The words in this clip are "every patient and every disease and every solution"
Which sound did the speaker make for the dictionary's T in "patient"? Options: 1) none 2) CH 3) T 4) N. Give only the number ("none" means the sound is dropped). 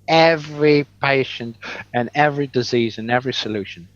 3